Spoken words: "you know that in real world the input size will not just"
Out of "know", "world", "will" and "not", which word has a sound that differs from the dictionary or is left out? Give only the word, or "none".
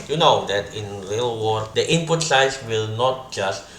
world